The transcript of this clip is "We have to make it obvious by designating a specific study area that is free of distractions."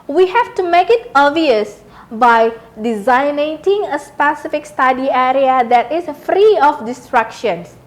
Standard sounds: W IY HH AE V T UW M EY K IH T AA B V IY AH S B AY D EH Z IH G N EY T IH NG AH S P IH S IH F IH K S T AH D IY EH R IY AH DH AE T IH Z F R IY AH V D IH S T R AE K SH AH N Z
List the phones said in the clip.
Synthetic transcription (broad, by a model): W IY HH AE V T UW M EY K IH T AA V IY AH S B AY D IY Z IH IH N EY T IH NG AH S P IH S IH F IH K S T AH D IY EH R IY AH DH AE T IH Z F R IY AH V D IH S T R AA K SH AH N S